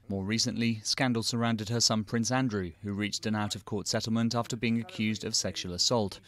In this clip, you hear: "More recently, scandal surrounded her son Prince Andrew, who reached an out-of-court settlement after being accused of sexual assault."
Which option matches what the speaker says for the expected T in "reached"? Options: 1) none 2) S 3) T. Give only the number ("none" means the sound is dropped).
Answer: 3